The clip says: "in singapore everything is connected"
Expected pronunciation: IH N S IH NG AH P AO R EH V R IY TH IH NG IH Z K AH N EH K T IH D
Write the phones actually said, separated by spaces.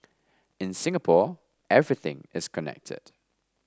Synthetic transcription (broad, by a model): IH N S IH NG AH P AO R EH V R IY TH IH NG IH Z K AH N EH K T IH D